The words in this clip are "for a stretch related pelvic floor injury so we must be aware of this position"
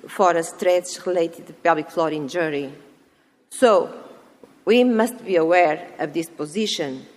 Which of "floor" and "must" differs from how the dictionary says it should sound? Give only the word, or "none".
none